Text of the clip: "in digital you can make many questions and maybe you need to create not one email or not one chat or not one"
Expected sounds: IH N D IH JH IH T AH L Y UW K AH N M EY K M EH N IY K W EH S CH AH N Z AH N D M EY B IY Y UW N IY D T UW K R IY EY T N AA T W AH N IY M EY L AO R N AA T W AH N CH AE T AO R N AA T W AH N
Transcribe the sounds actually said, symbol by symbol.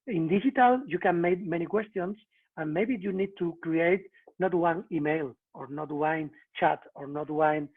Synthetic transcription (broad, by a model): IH N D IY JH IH T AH L Y UW K AH N M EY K M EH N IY K W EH S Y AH N S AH N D M EY B IY Y UW N IY D T UW K R IY EY T N AA T W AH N IY M EY L AO R N AA T W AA N CH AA T AO R N AA T W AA N